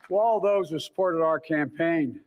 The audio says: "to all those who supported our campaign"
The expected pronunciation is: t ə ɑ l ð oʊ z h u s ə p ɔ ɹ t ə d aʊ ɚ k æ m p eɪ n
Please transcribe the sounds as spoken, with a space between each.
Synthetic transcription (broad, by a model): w ɑ l ð oʊ z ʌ s ə p ɔ ɹ t ə d aʊ ɚ k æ m p eɪ n